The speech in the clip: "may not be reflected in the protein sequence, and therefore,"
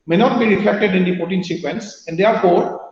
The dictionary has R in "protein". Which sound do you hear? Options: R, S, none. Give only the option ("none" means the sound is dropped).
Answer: none